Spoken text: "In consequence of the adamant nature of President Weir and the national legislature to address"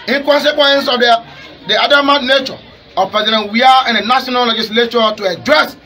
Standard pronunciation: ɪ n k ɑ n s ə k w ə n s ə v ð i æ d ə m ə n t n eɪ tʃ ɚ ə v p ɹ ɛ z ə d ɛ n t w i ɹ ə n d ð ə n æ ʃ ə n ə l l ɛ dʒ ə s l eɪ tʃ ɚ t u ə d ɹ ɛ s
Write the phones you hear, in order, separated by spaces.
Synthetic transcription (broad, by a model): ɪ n k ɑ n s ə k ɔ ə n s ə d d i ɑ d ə m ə t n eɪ tʃ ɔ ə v p ɛ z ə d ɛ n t w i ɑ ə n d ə n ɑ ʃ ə n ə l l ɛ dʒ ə s l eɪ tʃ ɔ t u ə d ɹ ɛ s